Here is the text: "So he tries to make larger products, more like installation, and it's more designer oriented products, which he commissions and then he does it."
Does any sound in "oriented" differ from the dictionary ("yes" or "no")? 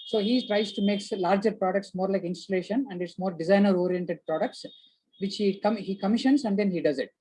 no